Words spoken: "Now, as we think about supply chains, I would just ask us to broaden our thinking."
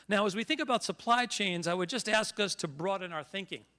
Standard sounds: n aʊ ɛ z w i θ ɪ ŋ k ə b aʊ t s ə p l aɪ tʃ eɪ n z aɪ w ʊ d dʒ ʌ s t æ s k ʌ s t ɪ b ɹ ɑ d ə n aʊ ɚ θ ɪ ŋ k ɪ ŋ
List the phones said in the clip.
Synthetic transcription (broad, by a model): n aʊ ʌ z w i θ ɪ ŋ k ə b aʊ t s ə p l aɪ tʃ eɪ n z aɪ w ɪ d dʒ ʌ s t æ s k ʌ s t ɪ b ɹ ɑ d ə n aʊ ɚ θ ɪ ŋ k ɪ ŋ